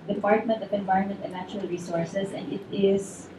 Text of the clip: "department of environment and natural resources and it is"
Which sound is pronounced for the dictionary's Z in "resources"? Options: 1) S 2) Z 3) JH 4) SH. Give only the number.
1